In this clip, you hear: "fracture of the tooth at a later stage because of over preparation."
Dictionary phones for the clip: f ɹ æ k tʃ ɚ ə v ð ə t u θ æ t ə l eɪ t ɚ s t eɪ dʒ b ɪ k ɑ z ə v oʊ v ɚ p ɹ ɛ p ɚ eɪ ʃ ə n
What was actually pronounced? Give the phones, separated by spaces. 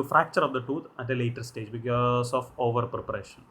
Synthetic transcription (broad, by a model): f ɹ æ k tʃ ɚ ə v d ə t u t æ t ə l eɪ t ɚ s t eɪ dʒ b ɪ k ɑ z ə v oʊ v ɚ p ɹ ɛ p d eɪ ʃ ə n